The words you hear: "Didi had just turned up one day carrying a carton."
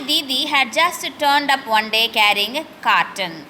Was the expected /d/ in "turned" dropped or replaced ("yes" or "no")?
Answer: no